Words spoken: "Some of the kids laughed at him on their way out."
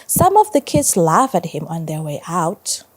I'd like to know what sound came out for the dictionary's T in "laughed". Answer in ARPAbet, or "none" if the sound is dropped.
none